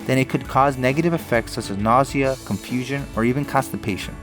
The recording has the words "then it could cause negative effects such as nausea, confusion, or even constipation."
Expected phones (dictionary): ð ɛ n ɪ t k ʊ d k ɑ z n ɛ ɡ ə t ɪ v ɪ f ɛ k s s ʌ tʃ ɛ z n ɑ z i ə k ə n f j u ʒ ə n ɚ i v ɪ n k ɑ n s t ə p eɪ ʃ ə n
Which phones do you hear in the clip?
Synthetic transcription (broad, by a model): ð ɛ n ɪ t k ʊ d k ɑ z n ɛ ɡ ə t ɪ v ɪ f ɛ k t s ʌ tʃ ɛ z n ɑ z i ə k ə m f j u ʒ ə n ɚ i v ɪ n k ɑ s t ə p eɪ ʃ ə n